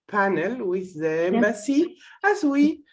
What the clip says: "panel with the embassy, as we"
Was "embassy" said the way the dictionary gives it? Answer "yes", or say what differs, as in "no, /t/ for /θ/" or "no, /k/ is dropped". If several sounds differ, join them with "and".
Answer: no, /b/ is dropped